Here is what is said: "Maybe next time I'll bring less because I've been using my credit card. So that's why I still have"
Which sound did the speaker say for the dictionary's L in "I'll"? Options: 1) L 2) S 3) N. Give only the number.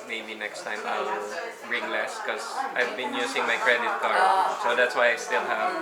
1